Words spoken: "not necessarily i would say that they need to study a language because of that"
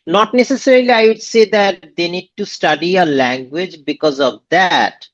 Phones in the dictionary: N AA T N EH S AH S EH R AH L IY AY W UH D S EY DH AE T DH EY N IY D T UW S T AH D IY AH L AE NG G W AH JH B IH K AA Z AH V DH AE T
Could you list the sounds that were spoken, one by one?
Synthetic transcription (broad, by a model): N AA T N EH S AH S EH R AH L IY AY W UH D S EY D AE T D EY N IY D T UW S T AH D IY AH L AE NG G W AH JH B IH K AA Z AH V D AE T